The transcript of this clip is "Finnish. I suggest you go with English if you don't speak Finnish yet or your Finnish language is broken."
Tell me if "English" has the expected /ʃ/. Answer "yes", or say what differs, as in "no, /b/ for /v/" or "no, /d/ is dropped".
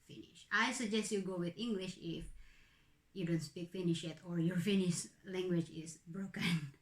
yes